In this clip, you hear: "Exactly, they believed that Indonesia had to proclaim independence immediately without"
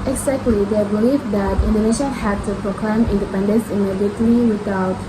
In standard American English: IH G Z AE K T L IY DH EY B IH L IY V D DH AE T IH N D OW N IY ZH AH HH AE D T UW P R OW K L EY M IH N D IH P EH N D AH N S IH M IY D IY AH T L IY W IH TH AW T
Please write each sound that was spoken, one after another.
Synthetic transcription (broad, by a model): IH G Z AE K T L IY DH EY B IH L IY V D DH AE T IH N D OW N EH SH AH HH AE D T UW P R OW K L EY M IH N D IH P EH N D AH N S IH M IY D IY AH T L IY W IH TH AW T